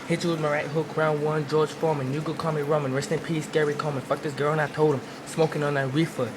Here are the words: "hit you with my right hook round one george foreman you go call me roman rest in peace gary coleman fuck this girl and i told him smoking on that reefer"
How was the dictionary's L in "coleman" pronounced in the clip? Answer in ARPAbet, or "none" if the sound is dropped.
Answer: none